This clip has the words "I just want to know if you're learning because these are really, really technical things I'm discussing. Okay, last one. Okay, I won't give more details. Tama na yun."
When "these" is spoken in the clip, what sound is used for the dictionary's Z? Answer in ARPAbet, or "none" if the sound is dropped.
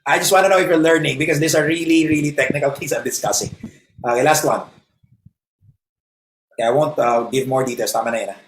S